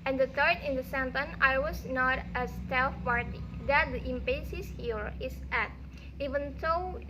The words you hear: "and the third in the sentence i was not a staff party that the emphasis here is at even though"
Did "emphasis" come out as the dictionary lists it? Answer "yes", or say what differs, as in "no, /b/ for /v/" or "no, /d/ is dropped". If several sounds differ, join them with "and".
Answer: no, /p/ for /f/